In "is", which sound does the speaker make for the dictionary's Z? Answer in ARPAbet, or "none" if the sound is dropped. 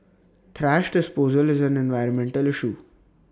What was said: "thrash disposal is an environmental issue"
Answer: Z